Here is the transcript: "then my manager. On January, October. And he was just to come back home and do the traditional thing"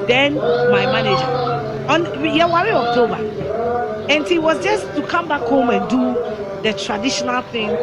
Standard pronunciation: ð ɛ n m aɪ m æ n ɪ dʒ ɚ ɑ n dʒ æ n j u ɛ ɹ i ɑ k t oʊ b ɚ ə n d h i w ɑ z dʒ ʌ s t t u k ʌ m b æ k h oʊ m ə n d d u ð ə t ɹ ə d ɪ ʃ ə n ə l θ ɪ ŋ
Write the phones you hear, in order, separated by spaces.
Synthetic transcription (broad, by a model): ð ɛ n m aɪ m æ n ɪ dʒ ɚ ɑ n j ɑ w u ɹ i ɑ k t oʊ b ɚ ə n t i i w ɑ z dʒ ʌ s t t u k ʌ m b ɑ k h oʊ m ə n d d u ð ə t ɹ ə d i ʃ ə n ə l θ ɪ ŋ